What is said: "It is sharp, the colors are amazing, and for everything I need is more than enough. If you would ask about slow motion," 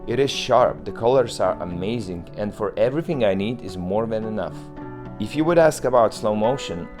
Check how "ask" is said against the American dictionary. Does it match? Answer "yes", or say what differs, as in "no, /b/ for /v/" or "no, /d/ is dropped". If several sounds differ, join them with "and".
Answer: yes